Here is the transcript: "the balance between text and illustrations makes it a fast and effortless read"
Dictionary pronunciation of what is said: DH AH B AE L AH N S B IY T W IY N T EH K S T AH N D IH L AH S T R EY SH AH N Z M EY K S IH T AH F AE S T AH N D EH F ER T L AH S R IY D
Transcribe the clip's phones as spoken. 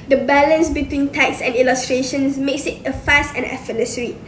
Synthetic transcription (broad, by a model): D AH B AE L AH N S B IY T W IY N T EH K S AH N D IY L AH S T R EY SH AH N S M EY K S IH T AH F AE S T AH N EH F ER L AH S R IY